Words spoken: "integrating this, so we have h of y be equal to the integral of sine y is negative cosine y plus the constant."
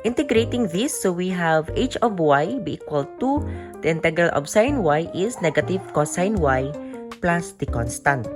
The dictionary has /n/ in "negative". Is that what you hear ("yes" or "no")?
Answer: yes